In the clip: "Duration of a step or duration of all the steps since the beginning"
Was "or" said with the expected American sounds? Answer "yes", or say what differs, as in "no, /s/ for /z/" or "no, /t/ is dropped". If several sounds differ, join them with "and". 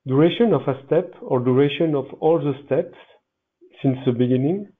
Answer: yes